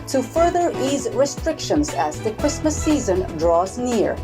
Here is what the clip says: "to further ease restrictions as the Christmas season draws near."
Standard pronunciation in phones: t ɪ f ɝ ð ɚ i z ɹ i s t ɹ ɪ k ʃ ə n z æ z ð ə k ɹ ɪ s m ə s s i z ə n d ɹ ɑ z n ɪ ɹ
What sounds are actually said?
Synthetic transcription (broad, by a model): t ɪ f ɝ ð ɚ i z ɹ i s t ɹ ɪ k ʃ ə n z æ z ð ə k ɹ ɪ s m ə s s i z ə n d ɹ ɑ z n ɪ ɹ